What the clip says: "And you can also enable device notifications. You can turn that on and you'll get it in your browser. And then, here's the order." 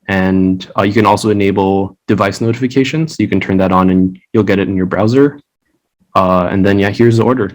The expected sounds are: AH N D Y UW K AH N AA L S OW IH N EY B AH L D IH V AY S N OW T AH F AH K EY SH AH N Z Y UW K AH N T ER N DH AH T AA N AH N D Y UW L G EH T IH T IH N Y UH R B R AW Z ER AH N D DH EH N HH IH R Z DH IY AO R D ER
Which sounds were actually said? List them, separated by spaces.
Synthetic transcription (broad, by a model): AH N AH Y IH K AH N AA L S OW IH N EY B L D IH V AY S N OW T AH F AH K EY SH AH N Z Y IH K AH N T ER N DH AH T N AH N Y UW L G EH T IH T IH N Y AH R B R AW Z ER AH N DH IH N HH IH R Z DH IY AO R D ER